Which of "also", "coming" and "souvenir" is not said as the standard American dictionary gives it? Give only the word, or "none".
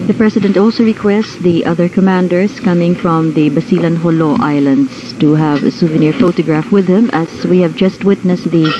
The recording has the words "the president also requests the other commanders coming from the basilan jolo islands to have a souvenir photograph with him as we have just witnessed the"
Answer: none